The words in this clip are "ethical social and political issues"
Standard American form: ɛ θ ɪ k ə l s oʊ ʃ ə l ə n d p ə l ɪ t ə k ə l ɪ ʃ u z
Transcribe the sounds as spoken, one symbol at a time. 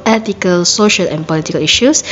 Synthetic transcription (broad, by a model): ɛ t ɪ k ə l s oʊ ʃ ə l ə n p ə l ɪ t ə k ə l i ʃ u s